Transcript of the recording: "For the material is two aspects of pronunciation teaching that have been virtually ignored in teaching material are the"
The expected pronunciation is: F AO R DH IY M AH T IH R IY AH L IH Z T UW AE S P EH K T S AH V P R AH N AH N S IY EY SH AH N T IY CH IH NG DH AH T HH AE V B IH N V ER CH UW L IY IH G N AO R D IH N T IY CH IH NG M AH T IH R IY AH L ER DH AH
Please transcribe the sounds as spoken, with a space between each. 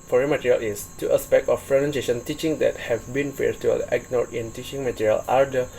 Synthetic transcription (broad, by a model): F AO R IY M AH T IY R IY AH L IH S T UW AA S P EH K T AH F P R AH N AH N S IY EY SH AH N T IY CH IH NG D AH T HH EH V B IH N F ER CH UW IY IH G N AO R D IH N T IY CH IH NG M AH T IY R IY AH L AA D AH